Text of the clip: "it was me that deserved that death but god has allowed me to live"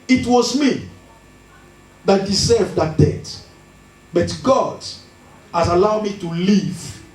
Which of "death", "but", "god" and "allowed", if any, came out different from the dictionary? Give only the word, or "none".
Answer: death